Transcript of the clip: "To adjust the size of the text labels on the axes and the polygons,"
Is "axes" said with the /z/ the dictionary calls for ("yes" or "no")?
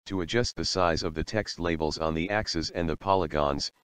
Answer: yes